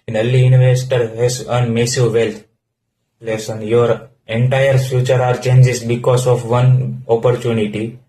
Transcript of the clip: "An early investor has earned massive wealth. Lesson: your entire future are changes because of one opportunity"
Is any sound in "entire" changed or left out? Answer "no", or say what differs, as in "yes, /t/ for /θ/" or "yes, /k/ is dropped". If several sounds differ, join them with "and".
no